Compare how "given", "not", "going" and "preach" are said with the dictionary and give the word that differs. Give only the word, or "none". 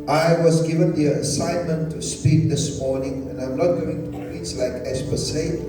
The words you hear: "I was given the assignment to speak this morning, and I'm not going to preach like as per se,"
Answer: preach